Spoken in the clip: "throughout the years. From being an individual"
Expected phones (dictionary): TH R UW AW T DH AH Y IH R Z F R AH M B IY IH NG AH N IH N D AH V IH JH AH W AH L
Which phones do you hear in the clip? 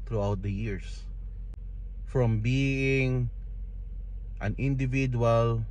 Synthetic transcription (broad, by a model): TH R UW AW T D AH Y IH R S F R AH M B IY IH NG AH N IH N D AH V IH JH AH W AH L